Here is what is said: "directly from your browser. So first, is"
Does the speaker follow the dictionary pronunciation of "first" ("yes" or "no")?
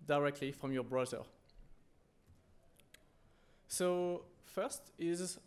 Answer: yes